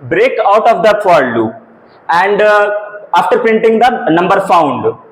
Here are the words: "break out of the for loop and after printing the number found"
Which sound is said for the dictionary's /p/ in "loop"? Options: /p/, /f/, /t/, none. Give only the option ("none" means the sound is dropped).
none